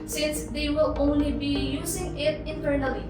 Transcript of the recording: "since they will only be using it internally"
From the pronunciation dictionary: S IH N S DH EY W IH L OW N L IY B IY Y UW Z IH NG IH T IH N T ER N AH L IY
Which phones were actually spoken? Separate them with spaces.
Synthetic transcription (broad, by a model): S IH N S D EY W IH L OW N L IY B IY Y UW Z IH NG IH T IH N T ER N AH L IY